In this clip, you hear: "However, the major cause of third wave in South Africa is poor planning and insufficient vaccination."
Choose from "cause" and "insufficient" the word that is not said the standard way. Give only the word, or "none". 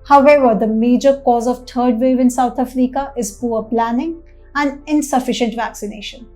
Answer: none